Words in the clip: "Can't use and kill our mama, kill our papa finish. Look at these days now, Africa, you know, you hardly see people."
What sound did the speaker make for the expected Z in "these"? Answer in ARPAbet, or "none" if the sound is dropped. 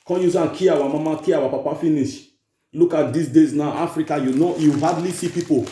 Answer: S